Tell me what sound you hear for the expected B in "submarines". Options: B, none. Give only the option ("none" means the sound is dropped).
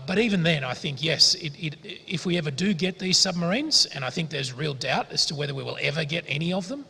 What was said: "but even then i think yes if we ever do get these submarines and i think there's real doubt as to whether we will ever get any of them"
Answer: B